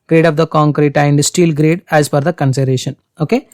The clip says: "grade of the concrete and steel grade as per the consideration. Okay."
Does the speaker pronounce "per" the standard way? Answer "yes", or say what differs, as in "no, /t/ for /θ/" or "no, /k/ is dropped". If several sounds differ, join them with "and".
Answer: no, /f/ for /p/